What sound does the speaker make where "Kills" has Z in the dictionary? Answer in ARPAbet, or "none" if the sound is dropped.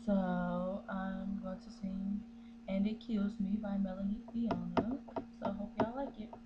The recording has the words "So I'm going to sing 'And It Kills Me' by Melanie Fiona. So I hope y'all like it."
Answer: Z